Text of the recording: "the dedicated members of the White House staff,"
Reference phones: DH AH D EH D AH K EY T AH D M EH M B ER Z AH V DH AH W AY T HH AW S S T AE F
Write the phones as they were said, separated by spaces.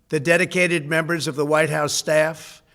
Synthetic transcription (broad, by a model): DH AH D EH D AH K EY T AH D M EH M B ER Z AH V DH AH W AY T HH AW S S T AE F